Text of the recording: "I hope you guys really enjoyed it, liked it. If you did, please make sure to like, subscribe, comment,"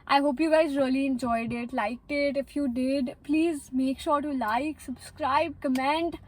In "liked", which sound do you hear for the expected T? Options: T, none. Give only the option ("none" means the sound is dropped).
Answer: T